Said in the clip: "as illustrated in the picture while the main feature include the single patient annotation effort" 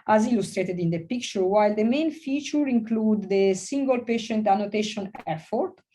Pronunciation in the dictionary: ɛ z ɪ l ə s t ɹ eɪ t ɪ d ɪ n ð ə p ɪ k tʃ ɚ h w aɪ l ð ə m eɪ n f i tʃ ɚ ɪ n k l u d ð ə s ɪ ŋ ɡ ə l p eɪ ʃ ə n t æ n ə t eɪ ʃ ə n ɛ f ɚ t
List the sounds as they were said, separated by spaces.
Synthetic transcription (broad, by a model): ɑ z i l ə s t ɹ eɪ t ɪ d ɪ n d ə p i k tʃ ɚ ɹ w aɪ l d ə m eɪ n f i tʃ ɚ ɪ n k l u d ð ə s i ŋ ɡ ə l p eɪ ʃ ə n t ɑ n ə t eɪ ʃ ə n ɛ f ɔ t